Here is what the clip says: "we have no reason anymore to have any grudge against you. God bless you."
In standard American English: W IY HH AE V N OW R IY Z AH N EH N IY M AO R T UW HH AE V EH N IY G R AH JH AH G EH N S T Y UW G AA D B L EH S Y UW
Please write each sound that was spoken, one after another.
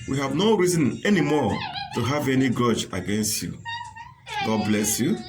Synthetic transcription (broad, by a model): W IY HH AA V N OW R IY Z AH N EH N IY M AO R T UW HH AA V EH N IY G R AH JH AH G EH N S T Y UW G AA D B L EH S Y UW